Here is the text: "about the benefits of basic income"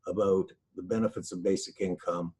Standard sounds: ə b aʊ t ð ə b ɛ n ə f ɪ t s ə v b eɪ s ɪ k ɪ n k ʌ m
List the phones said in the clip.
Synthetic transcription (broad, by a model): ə b aʊ t ð ə b ɛ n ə f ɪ t s ə v b eɪ s ɪ k ɪ n k ʌ m